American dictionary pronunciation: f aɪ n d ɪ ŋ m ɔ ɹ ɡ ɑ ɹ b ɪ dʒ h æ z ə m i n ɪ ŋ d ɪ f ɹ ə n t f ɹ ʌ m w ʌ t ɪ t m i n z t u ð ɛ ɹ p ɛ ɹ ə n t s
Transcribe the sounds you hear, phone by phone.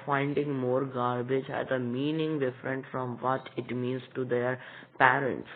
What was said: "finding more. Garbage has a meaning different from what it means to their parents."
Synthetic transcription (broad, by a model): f aɪ n d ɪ ŋ m ɔ ɹ ɡ ɑ ɹ b ɪ dʒ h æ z ə m i n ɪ ŋ d ɪ f ɹ ə n t f ɹ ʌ m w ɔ t ɪ t m i n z t u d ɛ ɹ p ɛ ɹ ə n t s